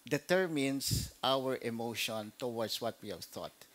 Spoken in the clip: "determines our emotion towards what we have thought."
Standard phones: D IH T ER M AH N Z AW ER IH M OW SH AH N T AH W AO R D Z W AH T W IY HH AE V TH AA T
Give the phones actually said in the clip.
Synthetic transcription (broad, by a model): D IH T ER M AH N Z AW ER IH M OW SH AH N T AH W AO R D S W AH T W IY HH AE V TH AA T